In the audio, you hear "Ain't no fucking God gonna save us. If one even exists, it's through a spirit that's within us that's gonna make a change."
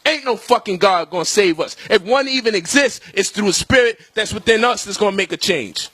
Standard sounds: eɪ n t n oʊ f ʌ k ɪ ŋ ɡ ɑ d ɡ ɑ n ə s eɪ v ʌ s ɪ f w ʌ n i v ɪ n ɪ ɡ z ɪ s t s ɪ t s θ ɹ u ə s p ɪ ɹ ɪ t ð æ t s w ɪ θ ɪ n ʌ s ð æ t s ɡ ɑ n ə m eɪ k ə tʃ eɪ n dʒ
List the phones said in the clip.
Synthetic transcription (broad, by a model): eɪ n n oʊ f ʌ k ɪ ŋ ɡ ɑ d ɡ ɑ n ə s eɪ v ʌ s ɪ f w ʌ n i v ɪ n ɪ ɡ z ɪ s t s ɪ t s θ ɹ u ə s p ɪ ɹ ɪ t ð æ t s w ɪ θ ɪ n ʌ s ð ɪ t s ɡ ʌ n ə m eɪ k ə tʃ eɪ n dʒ